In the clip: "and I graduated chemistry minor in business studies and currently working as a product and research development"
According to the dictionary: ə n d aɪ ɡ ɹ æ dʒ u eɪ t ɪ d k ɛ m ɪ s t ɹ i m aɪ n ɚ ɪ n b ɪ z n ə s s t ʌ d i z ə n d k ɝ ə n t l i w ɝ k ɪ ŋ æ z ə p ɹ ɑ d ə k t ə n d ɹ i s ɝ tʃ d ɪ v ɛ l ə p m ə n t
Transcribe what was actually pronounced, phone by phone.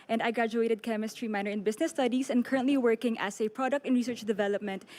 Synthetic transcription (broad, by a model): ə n d aɪ ɡ ɹ æ dʒ u eɪ t ɪ d k ɛ m ɪ s t ɹ i m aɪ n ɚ ɪ n b ɪ s n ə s s t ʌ d i s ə n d k ɝ ə n t l i w ɝ k ɪ ŋ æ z ə p ɹ ɑ d ə k t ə n ɹ i s ɝ tʃ d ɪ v ɛ l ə p m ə n t